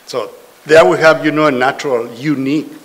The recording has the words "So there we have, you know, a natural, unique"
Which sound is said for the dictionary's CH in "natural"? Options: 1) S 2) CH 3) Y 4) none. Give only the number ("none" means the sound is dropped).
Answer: 2